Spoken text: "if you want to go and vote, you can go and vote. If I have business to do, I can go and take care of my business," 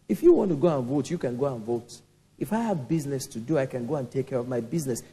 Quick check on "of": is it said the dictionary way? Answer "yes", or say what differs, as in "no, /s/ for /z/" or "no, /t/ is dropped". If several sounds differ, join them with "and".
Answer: yes